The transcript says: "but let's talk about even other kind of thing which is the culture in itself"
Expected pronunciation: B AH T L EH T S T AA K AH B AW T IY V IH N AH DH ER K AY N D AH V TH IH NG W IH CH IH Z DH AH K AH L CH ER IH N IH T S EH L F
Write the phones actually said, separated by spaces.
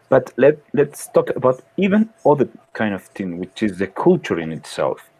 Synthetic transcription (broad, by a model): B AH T L EH T S T AA K AH B AW T IY V IH N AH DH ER K AY N D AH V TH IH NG W IH CH IH Z DH AH K AH L CH ER IH N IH T S EH L F